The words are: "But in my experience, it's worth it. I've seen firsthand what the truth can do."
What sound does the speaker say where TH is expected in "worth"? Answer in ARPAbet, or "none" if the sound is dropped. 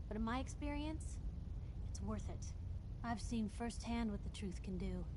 TH